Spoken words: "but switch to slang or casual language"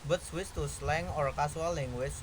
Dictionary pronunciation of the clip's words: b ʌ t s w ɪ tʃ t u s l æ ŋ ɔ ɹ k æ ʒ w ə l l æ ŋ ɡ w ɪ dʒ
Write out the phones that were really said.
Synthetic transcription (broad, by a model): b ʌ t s w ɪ s t u s l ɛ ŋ ɔ ɹ k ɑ s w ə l l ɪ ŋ w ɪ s